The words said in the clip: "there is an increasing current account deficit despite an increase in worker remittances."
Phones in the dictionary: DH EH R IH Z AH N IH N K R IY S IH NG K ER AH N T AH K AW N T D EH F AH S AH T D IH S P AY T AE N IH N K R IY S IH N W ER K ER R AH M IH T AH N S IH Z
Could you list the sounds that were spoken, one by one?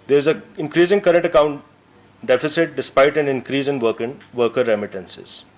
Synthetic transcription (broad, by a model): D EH R IH Z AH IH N K R IY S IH NG K ER AH N T AH K AW N T D EH F AH S AH T D IH S P AY T AE N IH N K R IY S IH N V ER K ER R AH M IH T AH N S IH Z